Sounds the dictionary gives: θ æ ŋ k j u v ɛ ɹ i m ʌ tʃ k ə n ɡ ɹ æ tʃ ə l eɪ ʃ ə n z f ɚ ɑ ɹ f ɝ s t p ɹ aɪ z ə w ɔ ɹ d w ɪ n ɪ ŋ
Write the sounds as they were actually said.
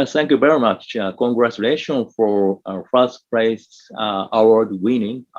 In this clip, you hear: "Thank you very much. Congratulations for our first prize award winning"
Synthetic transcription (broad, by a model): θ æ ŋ k j u v ɛ ɹ i m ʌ tʃ k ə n ɡ ɹ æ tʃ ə l eɪ ʃ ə n f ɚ ɑ ɹ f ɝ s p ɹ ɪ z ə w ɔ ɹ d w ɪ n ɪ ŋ